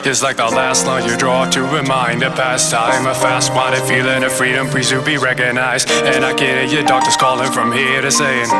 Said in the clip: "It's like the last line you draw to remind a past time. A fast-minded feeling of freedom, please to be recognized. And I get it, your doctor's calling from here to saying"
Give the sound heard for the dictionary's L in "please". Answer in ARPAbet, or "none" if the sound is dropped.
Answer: none